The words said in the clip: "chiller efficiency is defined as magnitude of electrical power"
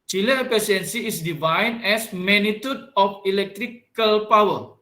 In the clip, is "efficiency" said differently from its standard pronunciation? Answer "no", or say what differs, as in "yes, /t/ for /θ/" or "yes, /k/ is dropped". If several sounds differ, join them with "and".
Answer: yes, /ʃ/ is dropped